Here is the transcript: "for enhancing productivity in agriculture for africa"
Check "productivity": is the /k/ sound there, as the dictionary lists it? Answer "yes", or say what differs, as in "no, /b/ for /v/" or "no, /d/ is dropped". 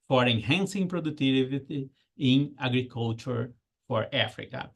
no, /k/ is dropped